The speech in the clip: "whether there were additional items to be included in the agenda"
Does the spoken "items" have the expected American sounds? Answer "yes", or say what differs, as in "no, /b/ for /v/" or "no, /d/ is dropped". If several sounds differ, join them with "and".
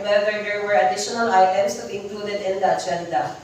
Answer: no, /s/ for /z/